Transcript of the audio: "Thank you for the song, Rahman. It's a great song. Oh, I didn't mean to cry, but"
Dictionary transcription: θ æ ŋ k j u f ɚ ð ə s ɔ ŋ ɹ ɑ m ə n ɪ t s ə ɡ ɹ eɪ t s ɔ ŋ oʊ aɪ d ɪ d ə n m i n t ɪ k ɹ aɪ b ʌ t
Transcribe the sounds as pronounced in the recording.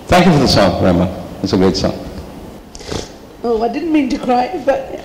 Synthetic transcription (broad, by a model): θ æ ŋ k j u f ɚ ð ə s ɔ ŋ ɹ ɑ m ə ɪ t s ə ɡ ʊ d s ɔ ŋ oʊ aɪ d ɪ d n m i n t ɪ k ɹ aɪ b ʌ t